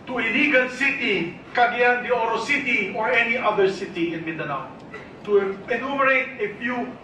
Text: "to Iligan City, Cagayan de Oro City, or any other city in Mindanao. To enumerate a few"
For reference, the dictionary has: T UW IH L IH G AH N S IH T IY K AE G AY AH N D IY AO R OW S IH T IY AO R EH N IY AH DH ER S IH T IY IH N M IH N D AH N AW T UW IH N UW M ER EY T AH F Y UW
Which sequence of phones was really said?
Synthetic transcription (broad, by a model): T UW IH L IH G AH L S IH T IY K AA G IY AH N D IY AO R OW S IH T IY AO R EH N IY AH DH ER S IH T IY IH N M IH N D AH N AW T UW IH N UW M ER EY T AH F Y UW